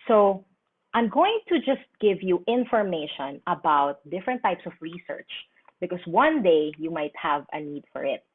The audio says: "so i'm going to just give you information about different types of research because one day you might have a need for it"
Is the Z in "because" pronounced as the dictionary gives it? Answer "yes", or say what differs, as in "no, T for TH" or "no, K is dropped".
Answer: no, S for Z